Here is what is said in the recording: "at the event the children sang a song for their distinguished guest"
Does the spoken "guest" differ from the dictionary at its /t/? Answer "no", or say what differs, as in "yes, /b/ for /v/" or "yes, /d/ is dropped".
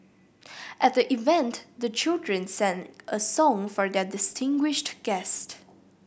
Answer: no